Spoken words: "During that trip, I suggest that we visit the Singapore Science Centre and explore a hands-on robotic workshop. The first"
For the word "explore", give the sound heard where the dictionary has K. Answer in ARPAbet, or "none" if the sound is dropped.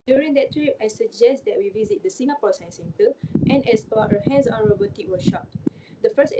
none